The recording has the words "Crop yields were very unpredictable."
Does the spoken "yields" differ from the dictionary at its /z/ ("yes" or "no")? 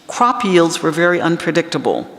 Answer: no